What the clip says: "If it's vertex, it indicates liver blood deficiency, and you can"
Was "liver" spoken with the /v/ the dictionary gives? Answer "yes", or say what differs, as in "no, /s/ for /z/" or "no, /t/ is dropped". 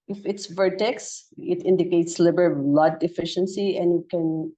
no, /b/ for /v/